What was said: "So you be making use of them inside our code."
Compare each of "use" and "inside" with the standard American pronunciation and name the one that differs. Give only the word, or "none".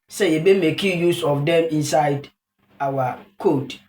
none